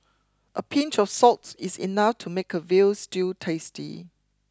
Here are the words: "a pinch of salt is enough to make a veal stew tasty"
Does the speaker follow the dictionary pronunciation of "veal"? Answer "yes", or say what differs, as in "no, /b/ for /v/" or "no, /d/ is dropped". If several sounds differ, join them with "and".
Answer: yes